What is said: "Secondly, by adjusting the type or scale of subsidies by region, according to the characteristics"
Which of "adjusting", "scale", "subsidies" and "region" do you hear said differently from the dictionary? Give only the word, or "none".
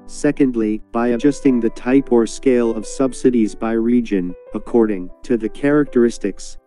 none